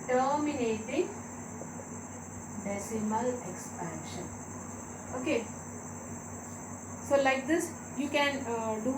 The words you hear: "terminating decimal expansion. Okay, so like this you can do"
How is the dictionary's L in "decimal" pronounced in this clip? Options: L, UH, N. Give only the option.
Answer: L